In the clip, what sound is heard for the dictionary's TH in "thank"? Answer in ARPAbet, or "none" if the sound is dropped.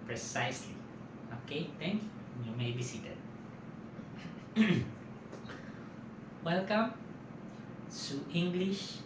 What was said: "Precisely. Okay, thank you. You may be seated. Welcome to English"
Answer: T